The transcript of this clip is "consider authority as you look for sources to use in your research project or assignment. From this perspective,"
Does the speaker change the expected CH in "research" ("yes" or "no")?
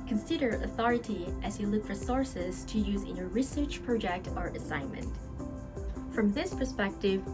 no